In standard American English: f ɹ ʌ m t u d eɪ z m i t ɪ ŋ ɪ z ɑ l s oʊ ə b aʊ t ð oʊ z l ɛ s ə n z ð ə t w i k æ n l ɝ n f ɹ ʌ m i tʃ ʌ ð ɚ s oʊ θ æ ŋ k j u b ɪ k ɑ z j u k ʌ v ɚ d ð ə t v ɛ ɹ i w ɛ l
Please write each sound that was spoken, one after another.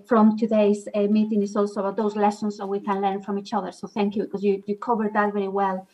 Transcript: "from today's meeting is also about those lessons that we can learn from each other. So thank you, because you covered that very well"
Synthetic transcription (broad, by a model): f ɹ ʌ m t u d eɪ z m i t ɪ ŋ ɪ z ɑ l s oʊ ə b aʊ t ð oʊ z l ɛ s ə n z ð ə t w i k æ n l ɝ n f ɹ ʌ m i tʃ ʌ ð ɚ s oʊ θ æ ŋ k j u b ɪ k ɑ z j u k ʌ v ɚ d ð ə t v ɛ ɹ i w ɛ l